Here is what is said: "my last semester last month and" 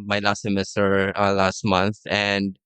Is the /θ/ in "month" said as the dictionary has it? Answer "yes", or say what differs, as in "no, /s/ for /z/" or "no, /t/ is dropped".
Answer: yes